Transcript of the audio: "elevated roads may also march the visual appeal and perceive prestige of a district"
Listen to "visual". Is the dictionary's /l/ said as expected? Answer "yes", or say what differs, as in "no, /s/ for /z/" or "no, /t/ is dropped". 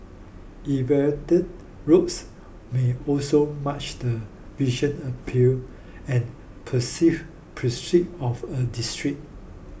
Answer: no, /n/ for /l/